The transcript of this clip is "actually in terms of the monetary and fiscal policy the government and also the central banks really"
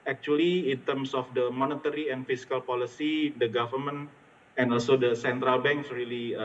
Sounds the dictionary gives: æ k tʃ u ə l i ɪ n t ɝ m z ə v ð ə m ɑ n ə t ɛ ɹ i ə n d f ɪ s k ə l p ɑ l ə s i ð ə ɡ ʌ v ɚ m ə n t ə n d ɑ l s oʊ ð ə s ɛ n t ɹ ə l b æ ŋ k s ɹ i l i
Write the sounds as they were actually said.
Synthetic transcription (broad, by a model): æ k tʃ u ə l i ɪ n t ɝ m s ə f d ə m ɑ n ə t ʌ ɹ i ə n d f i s k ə l p ɑ l ə s i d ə ɡ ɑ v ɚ m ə n ə n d ɑ l s oʊ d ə s ɛ n t ɹ ə l b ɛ ŋ k s ɹ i l i